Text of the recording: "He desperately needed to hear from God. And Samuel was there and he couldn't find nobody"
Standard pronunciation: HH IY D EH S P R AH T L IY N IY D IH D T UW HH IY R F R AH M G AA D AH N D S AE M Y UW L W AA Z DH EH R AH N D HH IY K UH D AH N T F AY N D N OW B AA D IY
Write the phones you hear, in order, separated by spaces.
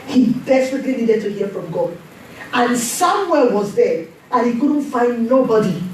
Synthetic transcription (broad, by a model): HH IY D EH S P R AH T L IY N IY D IH D T UW HH IY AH F R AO M G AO AH N S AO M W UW W AA Z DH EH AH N HH IY K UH D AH N T F AY N D N OW B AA D IY